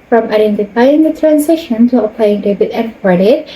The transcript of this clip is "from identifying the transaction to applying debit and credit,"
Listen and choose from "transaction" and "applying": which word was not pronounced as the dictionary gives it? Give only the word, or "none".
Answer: transaction